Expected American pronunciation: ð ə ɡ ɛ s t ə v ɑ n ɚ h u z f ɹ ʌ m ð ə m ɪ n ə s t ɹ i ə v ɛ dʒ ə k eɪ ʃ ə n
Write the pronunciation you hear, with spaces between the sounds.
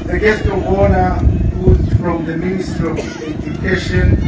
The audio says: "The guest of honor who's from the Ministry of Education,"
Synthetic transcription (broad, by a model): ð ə ɡ ɛ s t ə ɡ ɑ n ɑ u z f ɹ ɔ m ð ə m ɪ n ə s t i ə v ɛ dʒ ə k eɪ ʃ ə n